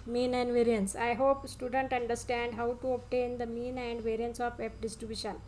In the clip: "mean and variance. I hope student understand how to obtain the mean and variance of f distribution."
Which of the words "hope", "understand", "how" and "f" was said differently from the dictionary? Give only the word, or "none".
f